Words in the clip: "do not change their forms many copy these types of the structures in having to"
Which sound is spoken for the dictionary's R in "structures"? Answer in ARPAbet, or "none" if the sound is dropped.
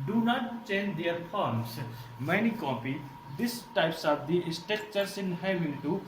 none